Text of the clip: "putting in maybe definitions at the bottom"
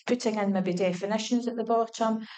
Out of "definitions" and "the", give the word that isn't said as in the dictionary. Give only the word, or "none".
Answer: none